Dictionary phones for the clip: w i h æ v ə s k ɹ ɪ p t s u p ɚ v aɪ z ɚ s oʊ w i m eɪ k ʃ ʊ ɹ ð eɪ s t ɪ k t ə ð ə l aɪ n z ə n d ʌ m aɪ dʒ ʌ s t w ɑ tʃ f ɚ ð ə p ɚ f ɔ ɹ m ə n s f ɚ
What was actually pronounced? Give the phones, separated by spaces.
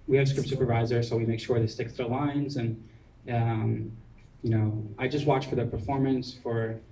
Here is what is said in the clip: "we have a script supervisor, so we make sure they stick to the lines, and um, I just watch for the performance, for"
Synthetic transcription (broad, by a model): w i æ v s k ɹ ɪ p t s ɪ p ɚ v aɪ z ɚ s oʊ w i m eɪ k ʃ ʊ ɹ ð eɪ s t ɪ k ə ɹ l aɪ n z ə n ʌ m aɪ dʒ ʌ s t w ɑ tʃ f ɚ ð ə p ɚ f ɔ ɹ m ə n s f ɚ